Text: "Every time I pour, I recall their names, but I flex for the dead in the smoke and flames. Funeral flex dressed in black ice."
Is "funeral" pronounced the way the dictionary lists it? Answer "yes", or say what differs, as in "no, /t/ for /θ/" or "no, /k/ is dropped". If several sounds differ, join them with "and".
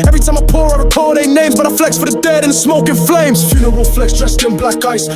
no, /w/ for /l/